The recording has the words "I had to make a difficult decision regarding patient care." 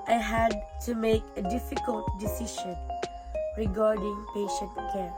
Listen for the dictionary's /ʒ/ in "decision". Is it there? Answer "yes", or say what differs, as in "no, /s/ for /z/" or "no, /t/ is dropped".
no, /ʃ/ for /ʒ/